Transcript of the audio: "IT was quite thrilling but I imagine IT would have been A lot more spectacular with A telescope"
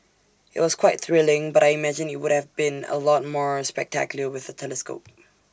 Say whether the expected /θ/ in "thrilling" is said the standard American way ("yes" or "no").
yes